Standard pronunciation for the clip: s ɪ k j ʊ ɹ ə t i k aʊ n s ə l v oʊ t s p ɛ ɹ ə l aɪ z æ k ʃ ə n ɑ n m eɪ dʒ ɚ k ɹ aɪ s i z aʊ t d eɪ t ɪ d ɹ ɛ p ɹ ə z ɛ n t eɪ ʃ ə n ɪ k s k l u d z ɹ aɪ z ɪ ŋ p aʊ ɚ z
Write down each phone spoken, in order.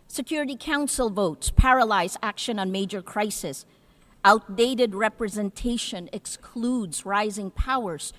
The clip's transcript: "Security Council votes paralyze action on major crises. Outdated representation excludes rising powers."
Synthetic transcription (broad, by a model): s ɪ k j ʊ ɹ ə t i k aʊ n s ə l v oʊ t s p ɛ ɹ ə l aɪ z æ k ʃ ə n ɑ n m eɪ dʒ ɚ k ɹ aɪ s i s aʊ t d eɪ t ɪ d ɹ ɛ p ɹ ə z ɛ n t eɪ ʃ ə n ɪ k s k l u d z ɹ aɪ z ɪ ŋ p aʊ ɚ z